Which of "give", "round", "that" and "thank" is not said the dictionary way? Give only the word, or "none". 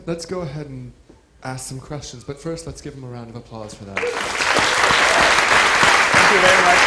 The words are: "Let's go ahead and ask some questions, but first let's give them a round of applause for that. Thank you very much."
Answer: none